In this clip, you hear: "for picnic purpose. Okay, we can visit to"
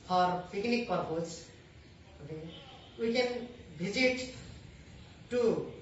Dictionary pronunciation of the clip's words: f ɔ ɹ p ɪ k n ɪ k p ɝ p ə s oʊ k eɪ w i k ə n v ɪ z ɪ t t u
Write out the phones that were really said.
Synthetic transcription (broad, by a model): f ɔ ɹ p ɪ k n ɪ k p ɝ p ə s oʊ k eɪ w i k ə n b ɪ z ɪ t t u